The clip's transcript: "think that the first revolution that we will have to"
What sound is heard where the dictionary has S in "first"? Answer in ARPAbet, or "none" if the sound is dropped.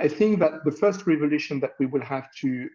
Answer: S